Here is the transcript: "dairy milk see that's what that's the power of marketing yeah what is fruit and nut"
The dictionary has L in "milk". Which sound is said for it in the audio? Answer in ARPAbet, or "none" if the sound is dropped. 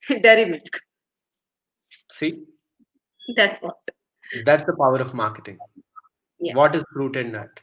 none